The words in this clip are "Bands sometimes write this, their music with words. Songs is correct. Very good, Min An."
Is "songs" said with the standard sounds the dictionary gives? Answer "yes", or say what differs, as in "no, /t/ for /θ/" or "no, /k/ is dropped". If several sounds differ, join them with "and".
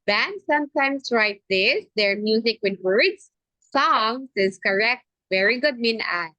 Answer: no, /s/ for /z/